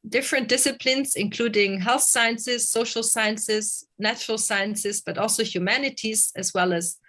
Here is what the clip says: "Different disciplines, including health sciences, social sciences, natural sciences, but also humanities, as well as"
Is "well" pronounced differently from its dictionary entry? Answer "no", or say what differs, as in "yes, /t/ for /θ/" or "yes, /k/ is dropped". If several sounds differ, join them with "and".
no